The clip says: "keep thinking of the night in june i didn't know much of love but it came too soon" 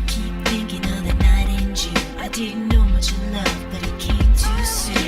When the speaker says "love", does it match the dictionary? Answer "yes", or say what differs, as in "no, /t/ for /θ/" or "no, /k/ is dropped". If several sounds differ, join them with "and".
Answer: no, /f/ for /v/